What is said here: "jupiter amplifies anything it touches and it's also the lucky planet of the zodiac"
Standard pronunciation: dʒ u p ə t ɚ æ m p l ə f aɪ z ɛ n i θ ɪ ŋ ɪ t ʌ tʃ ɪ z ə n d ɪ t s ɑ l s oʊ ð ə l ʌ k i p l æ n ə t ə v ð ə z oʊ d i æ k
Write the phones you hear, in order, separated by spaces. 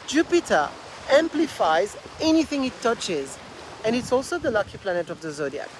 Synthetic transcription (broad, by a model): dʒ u p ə t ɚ æ m p l ə f aɪ z ɛ n i θ ɪ ŋ ɪ t ʌ tʃ ɪ z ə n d ɪ t s ɑ l s oʊ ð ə l ʌ k i p l æ n ə t ə v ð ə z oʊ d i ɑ